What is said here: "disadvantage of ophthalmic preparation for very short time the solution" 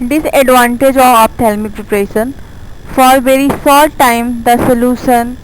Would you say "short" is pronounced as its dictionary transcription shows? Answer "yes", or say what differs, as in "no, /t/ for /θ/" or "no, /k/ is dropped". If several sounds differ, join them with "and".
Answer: no, /s/ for /ʃ/